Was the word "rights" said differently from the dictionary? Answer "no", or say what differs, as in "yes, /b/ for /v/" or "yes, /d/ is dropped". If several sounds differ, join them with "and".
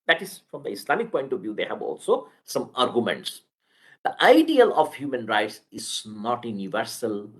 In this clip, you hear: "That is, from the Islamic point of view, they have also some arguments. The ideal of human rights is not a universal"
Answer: no